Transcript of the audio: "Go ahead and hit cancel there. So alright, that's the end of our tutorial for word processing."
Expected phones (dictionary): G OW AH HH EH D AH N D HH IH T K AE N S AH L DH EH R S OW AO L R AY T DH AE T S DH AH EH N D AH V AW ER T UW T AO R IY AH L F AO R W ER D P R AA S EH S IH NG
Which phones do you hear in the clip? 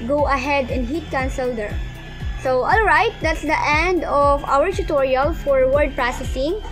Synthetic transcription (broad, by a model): G OW AH HH EH D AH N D HH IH T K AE N S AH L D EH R S OW AO L R AY T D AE T S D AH EH N D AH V AW ER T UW T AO R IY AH L F AO R W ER D P R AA S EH S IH NG